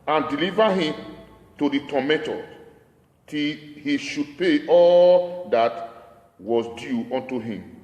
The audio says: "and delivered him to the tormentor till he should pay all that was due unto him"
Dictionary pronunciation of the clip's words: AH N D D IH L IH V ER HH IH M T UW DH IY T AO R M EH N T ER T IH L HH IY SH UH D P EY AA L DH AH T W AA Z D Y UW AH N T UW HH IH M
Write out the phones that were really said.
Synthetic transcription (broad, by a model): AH N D D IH L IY V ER HH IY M T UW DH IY T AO M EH T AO T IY L HH IY SH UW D P EY AA L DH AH T W AA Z D Y UW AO N T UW HH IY M